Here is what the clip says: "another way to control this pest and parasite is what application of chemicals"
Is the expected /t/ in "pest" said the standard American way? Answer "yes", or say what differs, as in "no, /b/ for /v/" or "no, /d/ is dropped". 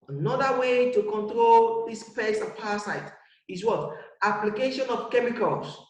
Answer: no, /t/ is dropped